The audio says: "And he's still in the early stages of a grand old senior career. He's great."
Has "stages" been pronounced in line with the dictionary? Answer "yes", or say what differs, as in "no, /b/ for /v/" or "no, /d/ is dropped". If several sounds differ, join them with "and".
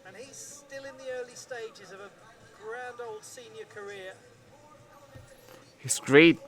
yes